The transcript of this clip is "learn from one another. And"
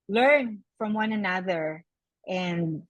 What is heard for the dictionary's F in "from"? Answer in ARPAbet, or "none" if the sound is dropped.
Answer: F